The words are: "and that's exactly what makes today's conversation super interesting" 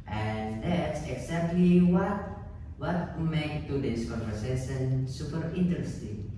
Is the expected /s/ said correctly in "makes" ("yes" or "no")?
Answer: no